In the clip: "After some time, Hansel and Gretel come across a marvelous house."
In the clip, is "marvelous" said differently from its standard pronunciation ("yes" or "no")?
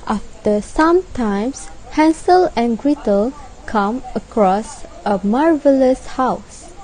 no